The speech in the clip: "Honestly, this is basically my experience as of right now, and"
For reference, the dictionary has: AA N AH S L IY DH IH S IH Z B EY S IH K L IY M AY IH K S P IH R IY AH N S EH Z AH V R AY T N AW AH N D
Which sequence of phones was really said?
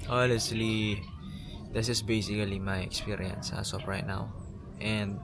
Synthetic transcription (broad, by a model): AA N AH S L IY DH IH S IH S B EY S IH K L IY M AY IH K S P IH R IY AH N S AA S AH P R AY T N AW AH N D